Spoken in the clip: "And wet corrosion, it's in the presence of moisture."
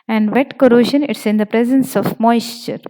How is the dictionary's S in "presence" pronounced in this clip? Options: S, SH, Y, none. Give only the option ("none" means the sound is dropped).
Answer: S